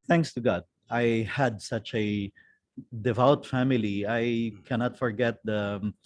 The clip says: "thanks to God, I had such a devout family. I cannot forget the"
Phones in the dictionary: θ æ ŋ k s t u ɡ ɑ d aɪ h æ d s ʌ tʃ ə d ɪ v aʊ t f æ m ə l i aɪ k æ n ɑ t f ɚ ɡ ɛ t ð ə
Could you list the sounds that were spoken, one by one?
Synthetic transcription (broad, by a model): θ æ ŋ k s t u ɡ ɑ d aɪ h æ d s ʌ tʃ ə d ɪ v aʊ t f æ m ə l i aɪ k æ n ɑ t f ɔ ɡ ɛ t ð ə